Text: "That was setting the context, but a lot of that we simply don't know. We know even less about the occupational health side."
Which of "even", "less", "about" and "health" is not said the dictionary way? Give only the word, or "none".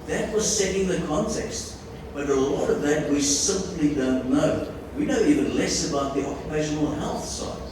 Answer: none